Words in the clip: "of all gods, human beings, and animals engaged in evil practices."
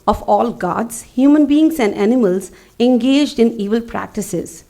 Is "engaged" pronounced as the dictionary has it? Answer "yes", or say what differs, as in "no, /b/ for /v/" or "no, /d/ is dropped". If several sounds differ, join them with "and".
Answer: yes